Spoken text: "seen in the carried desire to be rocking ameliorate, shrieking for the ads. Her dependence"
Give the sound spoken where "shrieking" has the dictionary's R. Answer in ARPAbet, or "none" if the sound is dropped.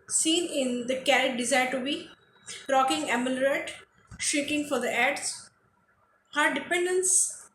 none